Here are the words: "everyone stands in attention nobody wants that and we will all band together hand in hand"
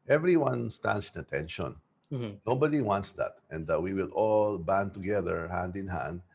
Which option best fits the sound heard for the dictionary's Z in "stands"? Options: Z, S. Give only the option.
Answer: S